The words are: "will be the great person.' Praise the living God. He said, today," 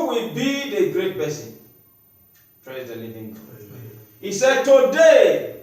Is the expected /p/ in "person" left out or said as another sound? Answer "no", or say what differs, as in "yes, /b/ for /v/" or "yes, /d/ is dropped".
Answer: yes, /b/ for /p/